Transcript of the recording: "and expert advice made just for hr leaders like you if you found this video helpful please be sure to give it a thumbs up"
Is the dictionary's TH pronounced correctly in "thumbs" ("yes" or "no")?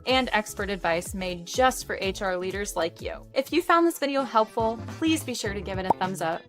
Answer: yes